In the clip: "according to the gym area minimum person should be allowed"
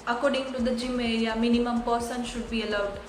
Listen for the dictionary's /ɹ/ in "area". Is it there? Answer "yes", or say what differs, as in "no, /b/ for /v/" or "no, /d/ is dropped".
no, /l/ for /ɹ/